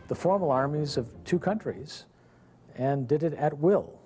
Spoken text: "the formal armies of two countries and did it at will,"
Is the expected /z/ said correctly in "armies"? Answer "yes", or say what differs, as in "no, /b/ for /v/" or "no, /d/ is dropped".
yes